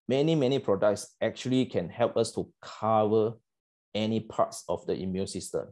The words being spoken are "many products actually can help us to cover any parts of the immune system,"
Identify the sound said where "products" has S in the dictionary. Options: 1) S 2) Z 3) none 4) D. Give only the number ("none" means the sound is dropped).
1